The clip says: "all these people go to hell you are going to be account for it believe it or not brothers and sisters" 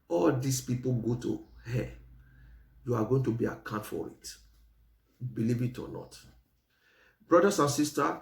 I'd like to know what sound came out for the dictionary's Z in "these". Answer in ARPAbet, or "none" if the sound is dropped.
S